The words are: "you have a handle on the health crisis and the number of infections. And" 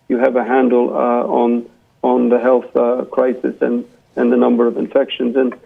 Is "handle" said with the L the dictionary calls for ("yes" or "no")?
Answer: no